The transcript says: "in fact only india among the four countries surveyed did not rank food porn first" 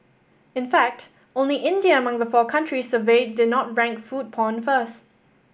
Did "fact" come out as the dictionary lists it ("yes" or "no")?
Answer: yes